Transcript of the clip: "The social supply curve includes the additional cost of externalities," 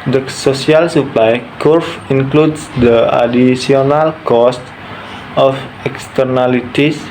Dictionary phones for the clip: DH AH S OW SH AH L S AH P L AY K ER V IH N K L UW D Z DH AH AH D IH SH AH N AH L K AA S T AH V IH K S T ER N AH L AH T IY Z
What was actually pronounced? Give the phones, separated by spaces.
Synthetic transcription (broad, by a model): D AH S OW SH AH L S AH P L AY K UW F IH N K L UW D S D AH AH D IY S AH N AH L K AA S T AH F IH K S T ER N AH L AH T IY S